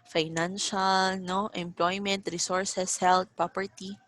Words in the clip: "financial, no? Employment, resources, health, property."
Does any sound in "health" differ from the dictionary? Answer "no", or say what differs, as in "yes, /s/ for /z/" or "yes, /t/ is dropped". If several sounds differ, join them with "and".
yes, /t/ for /θ/